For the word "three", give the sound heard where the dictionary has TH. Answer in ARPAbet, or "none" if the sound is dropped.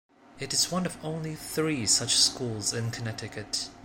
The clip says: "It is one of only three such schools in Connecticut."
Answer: TH